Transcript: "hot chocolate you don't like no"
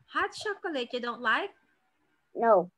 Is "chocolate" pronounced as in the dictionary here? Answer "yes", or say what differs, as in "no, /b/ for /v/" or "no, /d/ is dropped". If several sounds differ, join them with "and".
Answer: no, /ʃ/ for /tʃ/